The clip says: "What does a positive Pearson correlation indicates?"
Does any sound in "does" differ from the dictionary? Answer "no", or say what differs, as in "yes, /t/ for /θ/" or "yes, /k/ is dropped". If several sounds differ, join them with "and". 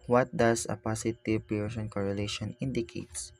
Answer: yes, /s/ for /z/